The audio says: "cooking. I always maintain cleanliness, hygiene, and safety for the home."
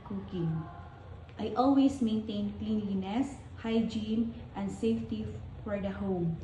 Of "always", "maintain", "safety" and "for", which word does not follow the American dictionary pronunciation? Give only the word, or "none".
always